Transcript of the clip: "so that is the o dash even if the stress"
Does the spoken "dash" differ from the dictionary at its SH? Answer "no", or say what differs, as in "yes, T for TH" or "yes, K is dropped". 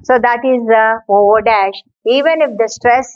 no